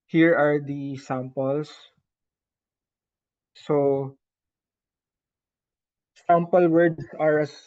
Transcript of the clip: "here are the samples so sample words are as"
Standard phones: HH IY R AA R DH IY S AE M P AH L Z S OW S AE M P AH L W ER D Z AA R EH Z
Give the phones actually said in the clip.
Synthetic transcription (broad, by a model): HH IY R AA R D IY S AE M P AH L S S OW S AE M P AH L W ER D S AA R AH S